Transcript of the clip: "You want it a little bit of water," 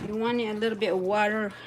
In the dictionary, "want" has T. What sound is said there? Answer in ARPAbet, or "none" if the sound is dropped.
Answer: none